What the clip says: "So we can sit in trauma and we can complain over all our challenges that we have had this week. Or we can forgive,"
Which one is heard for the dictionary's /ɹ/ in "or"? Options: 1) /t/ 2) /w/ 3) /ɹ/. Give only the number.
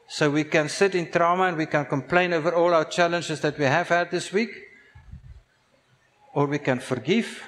3